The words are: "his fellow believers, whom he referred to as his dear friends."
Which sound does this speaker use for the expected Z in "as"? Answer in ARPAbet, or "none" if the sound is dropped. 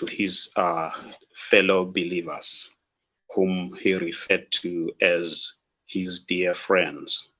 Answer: Z